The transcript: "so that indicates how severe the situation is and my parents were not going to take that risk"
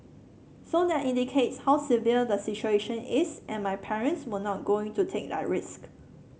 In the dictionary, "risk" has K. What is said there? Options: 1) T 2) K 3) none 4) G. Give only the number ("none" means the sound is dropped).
2